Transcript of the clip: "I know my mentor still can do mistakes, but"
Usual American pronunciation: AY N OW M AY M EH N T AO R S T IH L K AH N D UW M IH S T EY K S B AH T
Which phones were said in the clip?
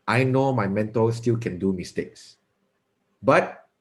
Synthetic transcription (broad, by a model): AY N OW M AY M EH N T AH L S T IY L K AH N D UW M IH S T EY K S B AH T